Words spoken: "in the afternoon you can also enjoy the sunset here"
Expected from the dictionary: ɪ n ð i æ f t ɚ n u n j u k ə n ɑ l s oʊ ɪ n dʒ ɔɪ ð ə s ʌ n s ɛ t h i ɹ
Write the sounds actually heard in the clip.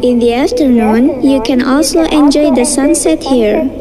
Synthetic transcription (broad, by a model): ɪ n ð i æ f t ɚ n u n j u k ə n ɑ l s oʊ ɪ n dʒ ɔɪ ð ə s ʌ n s ɛ t h i ɹ